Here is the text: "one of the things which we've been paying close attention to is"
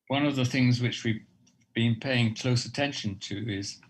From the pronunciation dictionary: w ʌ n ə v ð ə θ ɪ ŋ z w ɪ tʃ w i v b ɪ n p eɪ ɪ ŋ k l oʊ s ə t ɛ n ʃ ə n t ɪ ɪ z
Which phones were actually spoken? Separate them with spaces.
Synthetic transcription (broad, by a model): w ʌ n ə v ð ə θ ɪ ŋ z w ɪ tʃ w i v b ɪ n p eɪ ɪ ŋ k l oʊ s ə t ɛ n ʃ ə n t ɪ ɪ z